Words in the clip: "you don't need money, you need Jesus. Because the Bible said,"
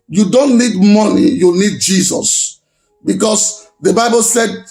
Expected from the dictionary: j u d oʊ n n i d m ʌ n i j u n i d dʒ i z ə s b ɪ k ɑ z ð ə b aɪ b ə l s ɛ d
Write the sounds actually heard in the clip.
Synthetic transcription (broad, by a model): j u d oʊ n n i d m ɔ n i j u n i d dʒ i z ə s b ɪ k ɑ s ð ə b aɪ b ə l s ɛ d